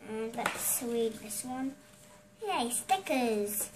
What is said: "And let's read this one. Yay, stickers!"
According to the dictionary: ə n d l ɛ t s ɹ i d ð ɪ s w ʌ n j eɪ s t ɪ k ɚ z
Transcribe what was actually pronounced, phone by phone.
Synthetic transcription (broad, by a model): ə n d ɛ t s w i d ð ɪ s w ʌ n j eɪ s t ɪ k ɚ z